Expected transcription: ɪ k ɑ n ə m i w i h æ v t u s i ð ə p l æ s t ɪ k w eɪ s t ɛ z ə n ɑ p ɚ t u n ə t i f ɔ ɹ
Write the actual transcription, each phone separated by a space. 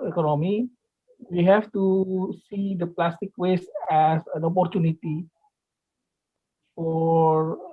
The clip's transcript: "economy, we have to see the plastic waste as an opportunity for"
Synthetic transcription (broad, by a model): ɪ k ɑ n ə m i w i h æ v t u s i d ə p l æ s t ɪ k w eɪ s ɛ s ə n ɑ p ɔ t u n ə t i f ɔ ɹ